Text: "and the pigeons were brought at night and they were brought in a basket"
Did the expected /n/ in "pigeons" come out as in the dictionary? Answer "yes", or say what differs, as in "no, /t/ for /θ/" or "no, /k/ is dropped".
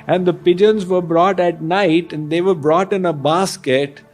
yes